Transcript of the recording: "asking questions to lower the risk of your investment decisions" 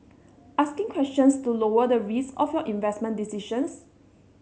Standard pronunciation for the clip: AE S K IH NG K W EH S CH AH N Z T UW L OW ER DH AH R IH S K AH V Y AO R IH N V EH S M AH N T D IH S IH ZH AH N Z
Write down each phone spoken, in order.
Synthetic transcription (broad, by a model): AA S K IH NG K W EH S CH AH N S T UW L OW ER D AH R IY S AH F Y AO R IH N V EH S M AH N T D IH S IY SH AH N S